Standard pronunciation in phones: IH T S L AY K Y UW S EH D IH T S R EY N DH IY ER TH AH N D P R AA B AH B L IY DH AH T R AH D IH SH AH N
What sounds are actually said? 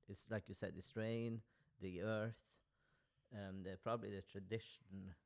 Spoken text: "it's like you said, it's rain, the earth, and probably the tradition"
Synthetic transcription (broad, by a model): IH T S L AY K Y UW S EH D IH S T R EY N DH IY ER TH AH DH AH P R AA B AH B L IY DH AH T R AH D IH SH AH N